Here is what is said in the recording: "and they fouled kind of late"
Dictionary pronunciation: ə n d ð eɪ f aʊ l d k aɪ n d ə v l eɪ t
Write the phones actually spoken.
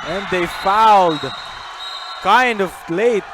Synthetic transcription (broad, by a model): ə n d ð eɪ f aʊ l d k aɪ n d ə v l eɪ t